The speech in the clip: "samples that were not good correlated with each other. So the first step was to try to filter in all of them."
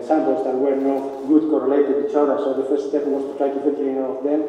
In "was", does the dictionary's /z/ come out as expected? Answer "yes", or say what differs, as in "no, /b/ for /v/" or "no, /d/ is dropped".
no, /s/ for /z/